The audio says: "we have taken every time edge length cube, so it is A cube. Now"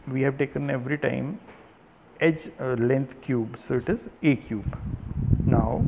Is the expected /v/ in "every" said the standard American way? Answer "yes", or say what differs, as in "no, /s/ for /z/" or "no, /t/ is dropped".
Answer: yes